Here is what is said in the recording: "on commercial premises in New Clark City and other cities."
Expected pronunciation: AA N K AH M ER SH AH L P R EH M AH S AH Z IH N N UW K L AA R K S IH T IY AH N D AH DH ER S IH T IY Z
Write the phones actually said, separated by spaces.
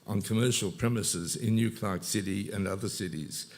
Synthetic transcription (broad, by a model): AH N K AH M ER SH AH L P R EH M AH S AH Z IH N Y UW K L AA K S IH T IY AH N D AH DH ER S IH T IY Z